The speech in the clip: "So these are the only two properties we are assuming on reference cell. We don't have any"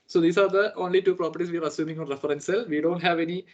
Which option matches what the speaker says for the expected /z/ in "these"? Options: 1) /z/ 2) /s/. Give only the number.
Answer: 2